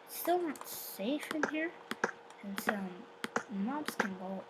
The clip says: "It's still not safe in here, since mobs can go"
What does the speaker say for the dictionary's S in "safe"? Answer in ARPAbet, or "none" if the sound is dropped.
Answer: S